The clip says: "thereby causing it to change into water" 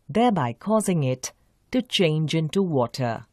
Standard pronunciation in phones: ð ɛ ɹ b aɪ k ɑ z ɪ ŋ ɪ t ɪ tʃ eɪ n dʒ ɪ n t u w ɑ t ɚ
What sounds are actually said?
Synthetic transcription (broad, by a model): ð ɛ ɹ b aɪ k ɑ z ɪ ŋ ɪ t ɪ tʃ eɪ n dʒ ɪ n t u w ɑ t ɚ